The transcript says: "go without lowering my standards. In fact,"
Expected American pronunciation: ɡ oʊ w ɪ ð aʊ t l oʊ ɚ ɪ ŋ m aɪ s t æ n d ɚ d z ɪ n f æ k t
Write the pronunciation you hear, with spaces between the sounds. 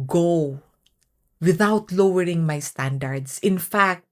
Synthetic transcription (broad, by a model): ɡ oʊ w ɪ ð aʊ t l oʊ ɚ ɪ ŋ m aɪ s t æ n d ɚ d s ɪ n f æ k t